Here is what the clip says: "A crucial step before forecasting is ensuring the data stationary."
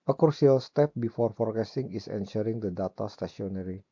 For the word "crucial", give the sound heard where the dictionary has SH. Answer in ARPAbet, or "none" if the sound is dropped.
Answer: none